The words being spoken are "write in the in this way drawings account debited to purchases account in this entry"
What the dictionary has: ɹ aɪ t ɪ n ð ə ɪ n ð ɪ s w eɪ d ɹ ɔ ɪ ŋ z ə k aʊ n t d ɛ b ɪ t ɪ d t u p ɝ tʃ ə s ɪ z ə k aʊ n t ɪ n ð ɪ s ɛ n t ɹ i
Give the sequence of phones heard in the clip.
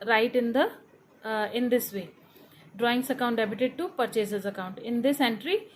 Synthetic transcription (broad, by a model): ɹ aɪ t ɪ n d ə ɪ n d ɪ s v eɪ d ɹ ɔ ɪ ŋ s ə k aʊ n t d ɛ b ɪ t ɪ d t u p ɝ tʃ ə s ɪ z ə k aʊ n t ɪ n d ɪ s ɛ n t ɹ i